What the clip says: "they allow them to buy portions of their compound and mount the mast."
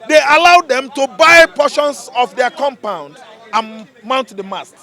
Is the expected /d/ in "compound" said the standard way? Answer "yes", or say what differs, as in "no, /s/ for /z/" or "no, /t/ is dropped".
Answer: yes